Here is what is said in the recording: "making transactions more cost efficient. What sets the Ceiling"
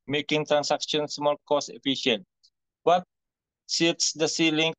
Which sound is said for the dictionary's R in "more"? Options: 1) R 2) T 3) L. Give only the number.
3